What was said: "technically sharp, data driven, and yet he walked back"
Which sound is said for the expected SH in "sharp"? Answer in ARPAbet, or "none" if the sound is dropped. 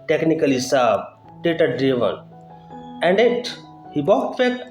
S